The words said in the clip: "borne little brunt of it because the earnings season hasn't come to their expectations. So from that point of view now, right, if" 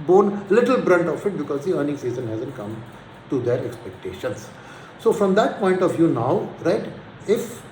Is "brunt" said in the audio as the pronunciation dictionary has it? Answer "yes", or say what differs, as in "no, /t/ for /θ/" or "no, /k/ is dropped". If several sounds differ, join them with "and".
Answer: yes